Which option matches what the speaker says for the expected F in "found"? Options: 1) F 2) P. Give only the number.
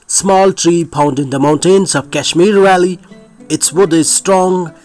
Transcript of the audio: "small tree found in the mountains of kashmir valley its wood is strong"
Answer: 2